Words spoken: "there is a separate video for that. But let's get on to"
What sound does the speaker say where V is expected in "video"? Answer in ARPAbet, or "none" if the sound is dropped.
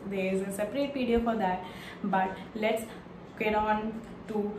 P